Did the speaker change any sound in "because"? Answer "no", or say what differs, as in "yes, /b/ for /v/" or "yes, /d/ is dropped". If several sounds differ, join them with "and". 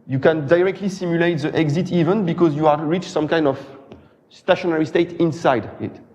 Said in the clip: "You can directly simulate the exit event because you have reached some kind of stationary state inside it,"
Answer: no